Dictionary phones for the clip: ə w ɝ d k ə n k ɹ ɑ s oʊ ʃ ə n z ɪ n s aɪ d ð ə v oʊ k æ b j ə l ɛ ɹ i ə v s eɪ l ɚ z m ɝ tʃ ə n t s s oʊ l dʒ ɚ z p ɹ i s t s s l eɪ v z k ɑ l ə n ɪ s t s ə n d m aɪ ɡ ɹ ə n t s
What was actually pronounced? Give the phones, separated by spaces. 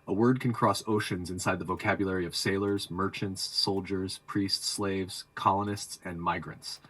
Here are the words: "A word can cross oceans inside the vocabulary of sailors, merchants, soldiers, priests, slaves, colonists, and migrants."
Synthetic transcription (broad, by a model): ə w ɝ d k ə n k ɹ ɑ s oʊ ʃ ə n z ɪ n s aɪ d ð ə v oʊ k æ b j l ɛ ɹ i ə v s eɪ l ɚ z m ɝ tʃ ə n t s s oʊ l dʒ ɚ z p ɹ i s t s s l eɪ v z k ɑ l ə n ɪ s t s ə n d m aɪ ɡ ɹ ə n t s